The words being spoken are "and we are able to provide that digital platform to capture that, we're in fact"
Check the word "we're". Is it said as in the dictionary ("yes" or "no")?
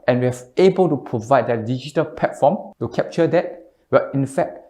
no